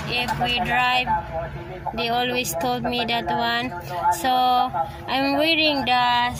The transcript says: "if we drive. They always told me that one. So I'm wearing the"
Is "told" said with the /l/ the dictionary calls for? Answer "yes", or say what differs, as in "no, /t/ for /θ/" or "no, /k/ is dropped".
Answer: yes